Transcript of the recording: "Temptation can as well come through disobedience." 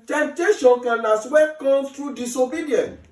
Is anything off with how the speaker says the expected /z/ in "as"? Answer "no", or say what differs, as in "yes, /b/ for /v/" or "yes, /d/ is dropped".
yes, /s/ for /z/